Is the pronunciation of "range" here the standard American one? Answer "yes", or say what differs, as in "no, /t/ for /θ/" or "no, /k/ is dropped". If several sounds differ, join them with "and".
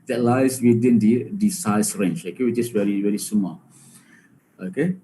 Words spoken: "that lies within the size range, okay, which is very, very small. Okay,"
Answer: no, /tʃ/ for /dʒ/